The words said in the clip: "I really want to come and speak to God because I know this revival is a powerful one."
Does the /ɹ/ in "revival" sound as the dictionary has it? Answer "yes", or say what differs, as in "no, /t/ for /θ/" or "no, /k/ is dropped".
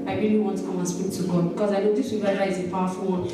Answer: no, /w/ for /ɹ/